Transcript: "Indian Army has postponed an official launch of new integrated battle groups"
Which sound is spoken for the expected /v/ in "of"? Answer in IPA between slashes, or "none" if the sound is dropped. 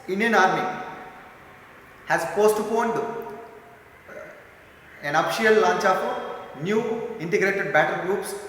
/p/